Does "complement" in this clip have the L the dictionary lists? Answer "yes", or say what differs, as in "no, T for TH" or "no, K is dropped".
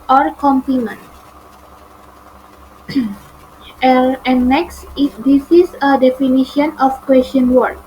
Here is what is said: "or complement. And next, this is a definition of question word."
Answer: no, L is dropped